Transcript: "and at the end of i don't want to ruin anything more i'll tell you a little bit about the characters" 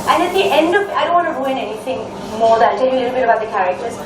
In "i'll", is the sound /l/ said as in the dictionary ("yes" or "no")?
no